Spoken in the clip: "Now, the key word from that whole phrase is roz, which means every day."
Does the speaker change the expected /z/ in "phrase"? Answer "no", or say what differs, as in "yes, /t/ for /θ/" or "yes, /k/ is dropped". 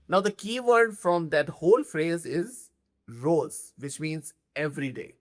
no